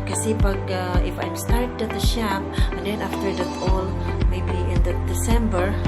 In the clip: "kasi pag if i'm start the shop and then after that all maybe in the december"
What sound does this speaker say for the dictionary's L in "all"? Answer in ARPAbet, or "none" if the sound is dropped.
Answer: L